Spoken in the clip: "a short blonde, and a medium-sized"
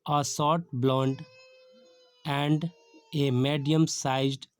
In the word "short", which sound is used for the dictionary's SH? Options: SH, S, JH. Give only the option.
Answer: S